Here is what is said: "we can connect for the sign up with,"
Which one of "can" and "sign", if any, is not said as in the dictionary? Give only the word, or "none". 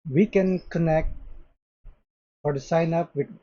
none